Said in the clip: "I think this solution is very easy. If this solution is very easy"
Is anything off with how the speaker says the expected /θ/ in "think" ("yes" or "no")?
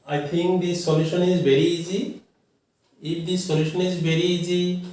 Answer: yes